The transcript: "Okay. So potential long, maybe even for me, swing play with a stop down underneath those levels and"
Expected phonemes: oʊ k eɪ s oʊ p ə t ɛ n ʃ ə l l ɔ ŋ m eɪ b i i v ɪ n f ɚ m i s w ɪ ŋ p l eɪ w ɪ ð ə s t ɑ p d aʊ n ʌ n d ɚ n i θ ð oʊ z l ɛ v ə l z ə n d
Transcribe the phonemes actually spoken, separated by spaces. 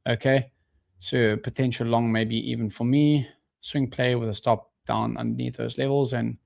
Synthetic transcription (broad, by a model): oʊ k eɪ s oʊ p ə t ɛ n ʃ ə l l ɔ ŋ m eɪ b i i v ɪ n f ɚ m i s w ɪ ŋ p l eɪ w ɪ ð ə s t ɑ p d aʊ n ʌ n d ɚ n i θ ð oʊ z l ɛ v ə l z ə n